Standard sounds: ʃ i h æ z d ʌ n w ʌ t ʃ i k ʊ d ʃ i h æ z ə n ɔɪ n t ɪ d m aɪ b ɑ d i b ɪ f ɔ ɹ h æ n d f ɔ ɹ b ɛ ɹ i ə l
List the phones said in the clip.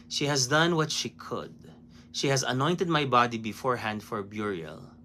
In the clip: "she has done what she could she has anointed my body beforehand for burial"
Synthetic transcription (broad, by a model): ʃ i h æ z d ʌ n w ʌ t ʃ i k ʊ d ʃ i h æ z ə n ɔɪ n t ɪ d m aɪ b ɑ d i b ɪ f ɔ ɹ h æ n d f ɔ ɹ b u ɹ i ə l